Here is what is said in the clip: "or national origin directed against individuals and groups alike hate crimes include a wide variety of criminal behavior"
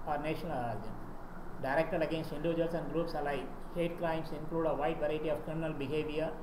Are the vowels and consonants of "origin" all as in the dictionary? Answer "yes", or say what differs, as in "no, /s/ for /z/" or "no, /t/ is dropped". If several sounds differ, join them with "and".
no, /dʒ/ is dropped